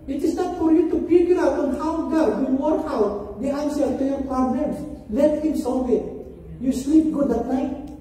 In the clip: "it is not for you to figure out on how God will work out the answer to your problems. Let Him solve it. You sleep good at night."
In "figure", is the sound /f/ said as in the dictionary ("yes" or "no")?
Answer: no